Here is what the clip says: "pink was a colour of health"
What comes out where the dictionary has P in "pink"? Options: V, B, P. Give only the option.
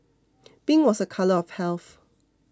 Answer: B